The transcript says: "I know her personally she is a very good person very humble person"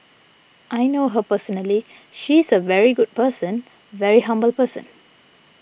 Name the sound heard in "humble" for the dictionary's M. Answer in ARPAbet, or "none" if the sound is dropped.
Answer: M